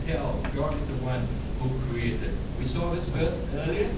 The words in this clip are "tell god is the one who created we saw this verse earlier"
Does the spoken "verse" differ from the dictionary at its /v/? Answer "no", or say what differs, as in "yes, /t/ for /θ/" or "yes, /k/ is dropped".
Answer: yes, /f/ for /v/